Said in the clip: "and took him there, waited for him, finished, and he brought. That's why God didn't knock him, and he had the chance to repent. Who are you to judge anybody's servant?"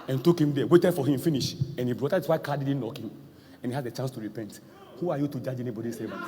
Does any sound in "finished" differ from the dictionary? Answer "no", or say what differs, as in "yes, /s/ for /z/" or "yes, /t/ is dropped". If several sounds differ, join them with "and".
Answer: yes, /t/ is dropped